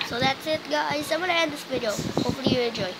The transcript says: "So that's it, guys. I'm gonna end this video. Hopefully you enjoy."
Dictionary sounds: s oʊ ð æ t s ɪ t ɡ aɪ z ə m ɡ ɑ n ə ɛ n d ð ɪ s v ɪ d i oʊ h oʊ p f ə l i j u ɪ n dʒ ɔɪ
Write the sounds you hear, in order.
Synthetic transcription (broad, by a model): s oʊ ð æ t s ɪ t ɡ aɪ s ə m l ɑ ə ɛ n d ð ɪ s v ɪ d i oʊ h oʊ p f ə l i j u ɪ n dʒ ɔɪ